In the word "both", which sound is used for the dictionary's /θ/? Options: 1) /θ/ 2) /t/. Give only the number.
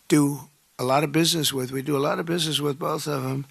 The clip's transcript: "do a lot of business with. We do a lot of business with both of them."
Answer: 1